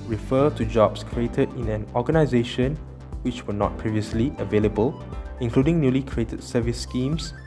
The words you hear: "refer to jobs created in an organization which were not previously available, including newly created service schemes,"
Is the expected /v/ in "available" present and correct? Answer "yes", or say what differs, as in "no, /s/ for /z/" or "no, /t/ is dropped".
yes